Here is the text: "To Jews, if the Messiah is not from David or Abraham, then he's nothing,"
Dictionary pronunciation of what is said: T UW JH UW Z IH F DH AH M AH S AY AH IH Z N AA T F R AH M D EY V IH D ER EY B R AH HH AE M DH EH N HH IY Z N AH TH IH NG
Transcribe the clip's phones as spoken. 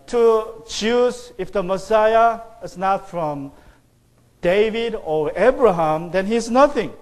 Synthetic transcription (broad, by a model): T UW CH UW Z IH F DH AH M AH S AY AH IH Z N AA T F R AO M D EY V IH D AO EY B R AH HH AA M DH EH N HH IY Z N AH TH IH NG